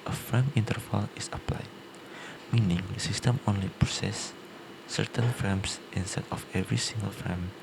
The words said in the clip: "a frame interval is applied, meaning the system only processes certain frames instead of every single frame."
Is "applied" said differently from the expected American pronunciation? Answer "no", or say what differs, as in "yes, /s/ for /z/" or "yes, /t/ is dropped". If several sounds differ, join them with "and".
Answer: no